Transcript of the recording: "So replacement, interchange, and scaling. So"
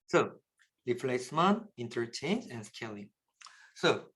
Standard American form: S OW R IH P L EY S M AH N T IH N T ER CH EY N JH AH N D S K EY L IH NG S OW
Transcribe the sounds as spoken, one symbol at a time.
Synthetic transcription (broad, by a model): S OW L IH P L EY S M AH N IH N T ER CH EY N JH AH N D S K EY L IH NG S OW